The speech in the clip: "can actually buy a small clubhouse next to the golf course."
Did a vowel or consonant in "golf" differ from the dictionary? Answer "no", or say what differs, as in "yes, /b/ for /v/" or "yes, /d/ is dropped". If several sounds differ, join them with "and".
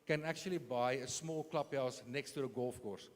no